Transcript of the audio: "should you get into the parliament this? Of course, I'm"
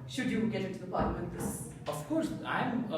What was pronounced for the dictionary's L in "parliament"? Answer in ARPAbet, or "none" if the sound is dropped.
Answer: W